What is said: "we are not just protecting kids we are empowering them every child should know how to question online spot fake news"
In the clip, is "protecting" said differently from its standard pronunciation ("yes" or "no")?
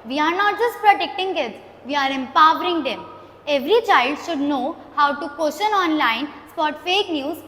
no